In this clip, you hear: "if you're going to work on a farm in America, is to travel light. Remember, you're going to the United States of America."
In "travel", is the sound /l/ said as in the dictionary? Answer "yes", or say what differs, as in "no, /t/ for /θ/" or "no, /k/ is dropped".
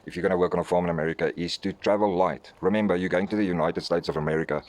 yes